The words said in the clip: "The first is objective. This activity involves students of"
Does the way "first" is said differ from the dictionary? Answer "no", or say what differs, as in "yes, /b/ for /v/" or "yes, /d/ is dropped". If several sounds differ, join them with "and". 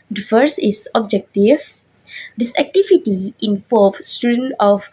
yes, /t/ is dropped